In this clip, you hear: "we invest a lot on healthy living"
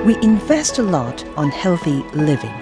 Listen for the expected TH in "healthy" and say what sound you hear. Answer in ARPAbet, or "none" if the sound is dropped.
TH